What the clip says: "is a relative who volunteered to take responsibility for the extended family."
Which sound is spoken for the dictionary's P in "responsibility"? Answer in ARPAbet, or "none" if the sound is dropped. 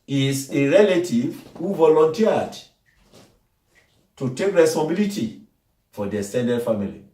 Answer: none